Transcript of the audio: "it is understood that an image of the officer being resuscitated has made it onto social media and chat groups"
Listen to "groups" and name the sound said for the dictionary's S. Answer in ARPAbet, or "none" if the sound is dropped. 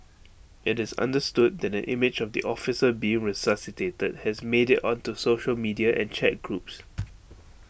S